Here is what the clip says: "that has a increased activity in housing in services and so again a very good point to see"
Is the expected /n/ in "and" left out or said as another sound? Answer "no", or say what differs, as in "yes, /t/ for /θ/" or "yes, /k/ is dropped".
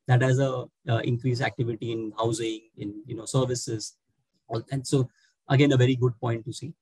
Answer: yes, /l/ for /n/